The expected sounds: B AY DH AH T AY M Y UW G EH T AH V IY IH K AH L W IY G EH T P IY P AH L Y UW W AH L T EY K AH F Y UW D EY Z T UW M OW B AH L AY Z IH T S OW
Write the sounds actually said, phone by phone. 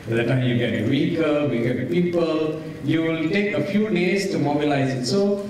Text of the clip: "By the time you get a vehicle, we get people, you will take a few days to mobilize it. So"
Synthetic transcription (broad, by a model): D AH T AY M Y UW G EH T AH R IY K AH W IY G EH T P IY P AH L Y UW W AH L T EY K AH F Y UW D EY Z T UW M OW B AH L AY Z IH T S OW